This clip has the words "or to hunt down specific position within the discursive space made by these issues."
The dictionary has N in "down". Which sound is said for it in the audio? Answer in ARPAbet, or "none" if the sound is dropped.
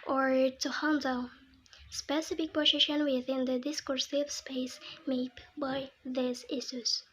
L